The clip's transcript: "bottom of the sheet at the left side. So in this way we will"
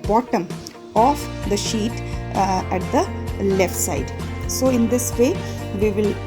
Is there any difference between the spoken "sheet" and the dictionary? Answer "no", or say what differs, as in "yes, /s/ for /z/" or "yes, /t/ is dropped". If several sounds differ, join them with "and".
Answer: no